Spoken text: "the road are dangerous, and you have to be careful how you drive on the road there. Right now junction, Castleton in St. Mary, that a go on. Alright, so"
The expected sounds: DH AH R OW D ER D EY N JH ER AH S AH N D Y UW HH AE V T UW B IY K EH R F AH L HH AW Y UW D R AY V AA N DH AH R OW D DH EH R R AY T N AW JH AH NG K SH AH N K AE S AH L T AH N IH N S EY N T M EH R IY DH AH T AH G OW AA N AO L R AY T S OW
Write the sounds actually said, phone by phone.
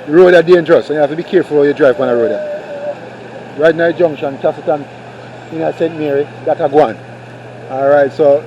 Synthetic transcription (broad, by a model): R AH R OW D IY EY N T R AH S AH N Y UW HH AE F T UW B IY K EH R F AH L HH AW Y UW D R AY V AA N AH R OW D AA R R AY T N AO JH AH NG K SH AH N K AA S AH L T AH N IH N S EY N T M EH R IY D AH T AH G OW AA N AO L R AY T S OW